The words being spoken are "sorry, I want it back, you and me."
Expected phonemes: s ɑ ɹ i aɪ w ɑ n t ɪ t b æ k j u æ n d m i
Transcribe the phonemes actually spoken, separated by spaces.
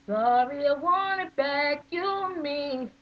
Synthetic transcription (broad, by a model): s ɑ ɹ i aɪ w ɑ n ɪ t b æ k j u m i